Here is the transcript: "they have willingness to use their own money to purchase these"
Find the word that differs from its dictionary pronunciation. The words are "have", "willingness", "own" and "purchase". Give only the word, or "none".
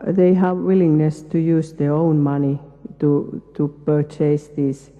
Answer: none